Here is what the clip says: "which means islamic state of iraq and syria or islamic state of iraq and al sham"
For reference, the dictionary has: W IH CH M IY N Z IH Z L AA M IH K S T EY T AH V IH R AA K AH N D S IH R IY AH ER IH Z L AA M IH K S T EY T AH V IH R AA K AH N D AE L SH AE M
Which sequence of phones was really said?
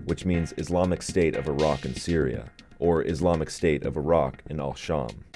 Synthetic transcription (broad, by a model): W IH CH M IY N Z IH Z L AA M IH K S T EY T AH V IH R AA K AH N S IH R IY AH ER IH Z L AA M IH K S T EY T AH V IH R AA K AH N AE L SH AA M